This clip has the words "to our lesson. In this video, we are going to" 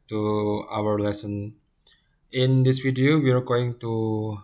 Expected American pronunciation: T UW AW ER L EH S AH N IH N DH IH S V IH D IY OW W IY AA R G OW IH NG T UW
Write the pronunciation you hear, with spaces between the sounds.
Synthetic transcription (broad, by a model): T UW AW ER L EH S AH N IH N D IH S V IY D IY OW W IY AA R G OW IH NG T UW